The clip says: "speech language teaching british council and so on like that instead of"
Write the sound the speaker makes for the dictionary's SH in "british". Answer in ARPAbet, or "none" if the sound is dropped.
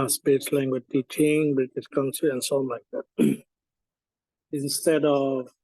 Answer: S